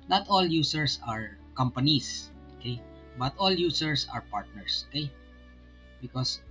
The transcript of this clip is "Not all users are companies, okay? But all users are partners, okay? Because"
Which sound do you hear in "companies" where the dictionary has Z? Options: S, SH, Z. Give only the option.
S